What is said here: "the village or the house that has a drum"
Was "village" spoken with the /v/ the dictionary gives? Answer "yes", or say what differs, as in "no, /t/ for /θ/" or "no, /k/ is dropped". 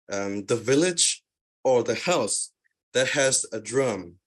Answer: yes